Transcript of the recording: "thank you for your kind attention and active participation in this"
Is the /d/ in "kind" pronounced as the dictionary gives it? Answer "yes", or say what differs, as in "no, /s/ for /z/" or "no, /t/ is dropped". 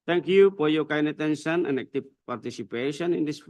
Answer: no, /d/ is dropped